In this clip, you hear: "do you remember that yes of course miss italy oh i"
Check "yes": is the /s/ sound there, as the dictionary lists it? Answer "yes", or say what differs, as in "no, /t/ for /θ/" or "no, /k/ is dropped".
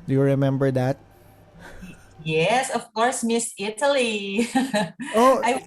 yes